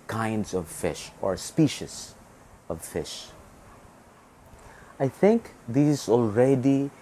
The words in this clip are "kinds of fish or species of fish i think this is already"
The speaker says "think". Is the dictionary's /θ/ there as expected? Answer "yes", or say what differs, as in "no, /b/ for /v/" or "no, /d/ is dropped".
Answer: yes